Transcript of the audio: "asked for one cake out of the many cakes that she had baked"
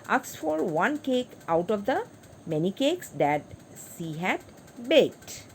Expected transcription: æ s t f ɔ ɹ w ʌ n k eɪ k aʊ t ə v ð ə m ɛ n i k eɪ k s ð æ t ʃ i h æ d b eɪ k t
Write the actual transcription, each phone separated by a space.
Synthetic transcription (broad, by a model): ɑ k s f ɔ ɹ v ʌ n k eɪ k aʊ t ə v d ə m ɛ n i k eɪ k s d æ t s i h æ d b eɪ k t